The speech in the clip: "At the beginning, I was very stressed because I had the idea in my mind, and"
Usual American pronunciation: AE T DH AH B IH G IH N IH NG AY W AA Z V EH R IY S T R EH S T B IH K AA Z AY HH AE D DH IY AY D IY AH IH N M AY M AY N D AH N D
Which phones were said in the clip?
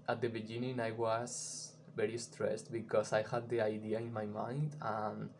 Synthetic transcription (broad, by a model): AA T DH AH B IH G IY N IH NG AY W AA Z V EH R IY S T R EH S T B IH K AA S AY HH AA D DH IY AY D IY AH IH N M AY M AY N D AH N